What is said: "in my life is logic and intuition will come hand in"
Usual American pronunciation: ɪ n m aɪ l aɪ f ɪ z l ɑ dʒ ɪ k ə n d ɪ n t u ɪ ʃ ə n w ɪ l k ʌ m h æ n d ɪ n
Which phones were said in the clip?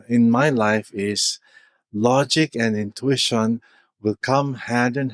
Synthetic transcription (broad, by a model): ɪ n m aɪ l aɪ f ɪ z l ɑ dʒ ɪ k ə n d ɪ n t u ɪ ʃ ə n w ɪ l k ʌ m h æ d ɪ n